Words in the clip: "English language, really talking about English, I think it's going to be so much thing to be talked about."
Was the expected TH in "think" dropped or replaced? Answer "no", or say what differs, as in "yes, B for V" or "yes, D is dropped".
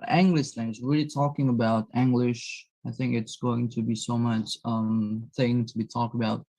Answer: no